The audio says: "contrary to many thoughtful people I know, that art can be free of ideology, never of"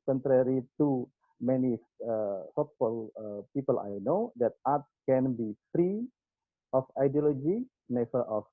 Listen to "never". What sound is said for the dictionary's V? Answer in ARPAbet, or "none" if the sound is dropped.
F